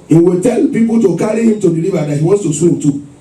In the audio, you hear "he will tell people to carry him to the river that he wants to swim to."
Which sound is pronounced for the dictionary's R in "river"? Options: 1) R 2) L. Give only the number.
2